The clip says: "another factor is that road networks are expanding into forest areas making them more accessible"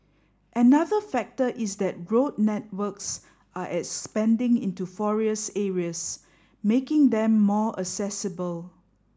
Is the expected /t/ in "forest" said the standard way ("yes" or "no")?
no